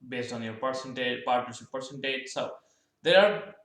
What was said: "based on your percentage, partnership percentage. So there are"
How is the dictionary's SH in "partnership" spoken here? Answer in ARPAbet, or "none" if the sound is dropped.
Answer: S